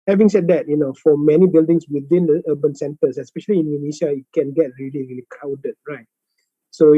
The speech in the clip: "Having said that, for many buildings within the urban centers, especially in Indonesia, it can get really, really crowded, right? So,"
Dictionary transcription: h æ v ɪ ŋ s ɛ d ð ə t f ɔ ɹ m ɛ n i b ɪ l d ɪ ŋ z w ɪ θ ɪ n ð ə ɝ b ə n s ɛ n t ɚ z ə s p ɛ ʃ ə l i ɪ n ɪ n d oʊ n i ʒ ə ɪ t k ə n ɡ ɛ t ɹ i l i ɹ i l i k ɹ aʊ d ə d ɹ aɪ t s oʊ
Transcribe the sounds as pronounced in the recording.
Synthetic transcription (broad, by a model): h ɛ v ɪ ŋ s ɛ d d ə t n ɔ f m ɛ n i b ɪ l d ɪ ŋ s w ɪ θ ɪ n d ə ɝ b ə n s ɛ n t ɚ s ə s p ɛ ʃ ə l i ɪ n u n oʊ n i ʃ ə ɪ t k ə n ɡ ɛ t ɹ i l i ɹ i l i k aʊ d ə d ɹ aɪ t s oʊ